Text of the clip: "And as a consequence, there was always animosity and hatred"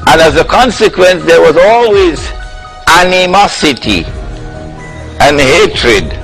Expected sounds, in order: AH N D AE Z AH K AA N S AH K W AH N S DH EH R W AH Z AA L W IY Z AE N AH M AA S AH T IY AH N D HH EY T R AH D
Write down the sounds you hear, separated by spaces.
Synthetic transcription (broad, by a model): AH N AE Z AH K AA N S AH K W AH N S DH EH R W AH Z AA L W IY Z AE N AH M AA S AH T IY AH N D HH EY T R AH D